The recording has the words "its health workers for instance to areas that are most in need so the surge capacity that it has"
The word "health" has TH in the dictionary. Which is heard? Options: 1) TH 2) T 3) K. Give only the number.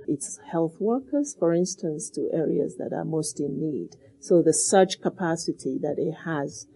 1